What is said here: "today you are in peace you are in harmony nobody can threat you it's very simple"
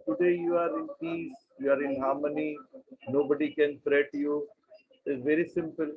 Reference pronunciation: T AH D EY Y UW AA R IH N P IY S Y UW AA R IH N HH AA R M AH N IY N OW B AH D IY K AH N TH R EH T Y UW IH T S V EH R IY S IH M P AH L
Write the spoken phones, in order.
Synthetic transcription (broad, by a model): T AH D EY Y UW AA R IH N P IY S Y UW AA R IH N HH AA R M AH N IY N OW B AH D IY K AH N F R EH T Y UW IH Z V EH R IY S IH M P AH L